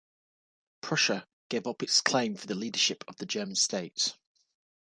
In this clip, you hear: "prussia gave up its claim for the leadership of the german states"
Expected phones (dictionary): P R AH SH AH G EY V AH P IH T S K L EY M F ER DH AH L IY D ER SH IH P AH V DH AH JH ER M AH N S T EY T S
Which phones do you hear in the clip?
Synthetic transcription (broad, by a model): P R AH SH AH G EY V AH P IH T S K L EY M F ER DH AH L IY D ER SH IH P AH V DH AH JH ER M AH N S T EY T S